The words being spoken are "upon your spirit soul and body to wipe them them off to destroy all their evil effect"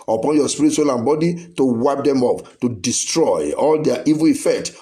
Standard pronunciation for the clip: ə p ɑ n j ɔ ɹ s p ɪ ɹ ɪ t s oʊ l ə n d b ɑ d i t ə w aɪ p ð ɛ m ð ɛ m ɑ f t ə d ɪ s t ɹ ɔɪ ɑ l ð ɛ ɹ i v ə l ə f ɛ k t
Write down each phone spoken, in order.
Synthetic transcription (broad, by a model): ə p ɑ n j ɔ s p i ɹ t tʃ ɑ l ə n b ɑ d i t ə w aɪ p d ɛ ɛ m ɑ p t ə d ɪ s t ɹ ɔɪ ɑ l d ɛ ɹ i v ə l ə f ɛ k t